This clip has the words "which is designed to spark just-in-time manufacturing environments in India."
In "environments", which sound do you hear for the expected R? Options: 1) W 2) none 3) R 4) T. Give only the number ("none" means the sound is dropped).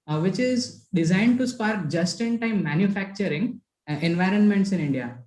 3